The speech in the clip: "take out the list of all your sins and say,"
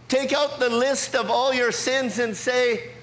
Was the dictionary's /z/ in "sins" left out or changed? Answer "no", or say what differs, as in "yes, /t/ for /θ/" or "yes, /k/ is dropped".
no